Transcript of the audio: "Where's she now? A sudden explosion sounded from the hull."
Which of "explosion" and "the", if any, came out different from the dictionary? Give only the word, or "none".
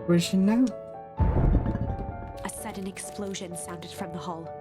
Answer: none